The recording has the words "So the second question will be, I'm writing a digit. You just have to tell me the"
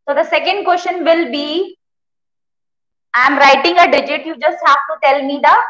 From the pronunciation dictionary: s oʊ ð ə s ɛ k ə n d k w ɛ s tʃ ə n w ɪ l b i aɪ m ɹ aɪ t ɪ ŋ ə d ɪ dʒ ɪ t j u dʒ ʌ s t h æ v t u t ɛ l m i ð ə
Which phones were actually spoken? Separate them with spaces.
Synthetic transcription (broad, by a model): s oʊ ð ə s ɛ k ə n d k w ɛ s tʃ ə n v ɪ l b i aɪ m ɹ aɪ t ɪ ŋ ə d ɪ dʒ ɪ t j u dʒ ʌ s t h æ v t u t ɛ l m i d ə